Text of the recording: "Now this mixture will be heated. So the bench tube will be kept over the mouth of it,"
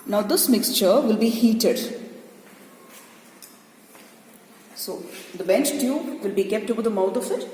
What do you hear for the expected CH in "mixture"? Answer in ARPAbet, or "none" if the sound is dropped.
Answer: CH